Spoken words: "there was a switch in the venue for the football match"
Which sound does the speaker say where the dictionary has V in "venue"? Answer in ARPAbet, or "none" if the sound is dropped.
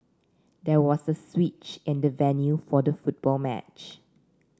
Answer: V